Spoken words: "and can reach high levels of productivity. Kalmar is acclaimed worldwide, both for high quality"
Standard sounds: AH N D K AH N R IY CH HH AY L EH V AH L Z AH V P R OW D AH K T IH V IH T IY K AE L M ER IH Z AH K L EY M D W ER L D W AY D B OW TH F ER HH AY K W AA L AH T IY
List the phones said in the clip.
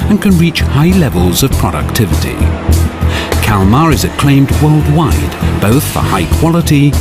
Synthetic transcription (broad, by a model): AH N K AH N R IY CH HH AY L EH V AH L Z AH V P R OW D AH K T IH V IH T IY K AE L M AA IH Z AH K L EY M D W ER L D W AY D B OW TH F ER HH AY K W AA L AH T IY